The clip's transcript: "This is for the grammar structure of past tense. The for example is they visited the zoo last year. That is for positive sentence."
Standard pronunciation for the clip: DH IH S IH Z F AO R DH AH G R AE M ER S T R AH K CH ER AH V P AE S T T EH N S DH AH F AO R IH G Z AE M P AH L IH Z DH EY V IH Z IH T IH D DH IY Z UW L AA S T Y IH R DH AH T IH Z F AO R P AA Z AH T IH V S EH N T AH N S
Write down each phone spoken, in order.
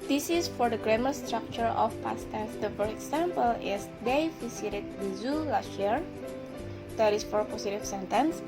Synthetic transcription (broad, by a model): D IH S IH S F AO R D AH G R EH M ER S T R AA K CH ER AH F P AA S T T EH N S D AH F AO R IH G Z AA M P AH L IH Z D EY F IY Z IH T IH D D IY Z UW L AA S T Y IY R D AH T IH S F AO R P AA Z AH T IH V S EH N T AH N S